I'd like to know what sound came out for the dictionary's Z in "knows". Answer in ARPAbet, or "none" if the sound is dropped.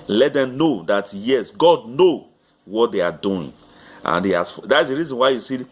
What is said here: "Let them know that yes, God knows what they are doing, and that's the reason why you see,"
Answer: none